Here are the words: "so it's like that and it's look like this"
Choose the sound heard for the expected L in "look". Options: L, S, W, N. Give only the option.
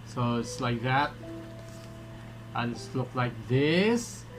L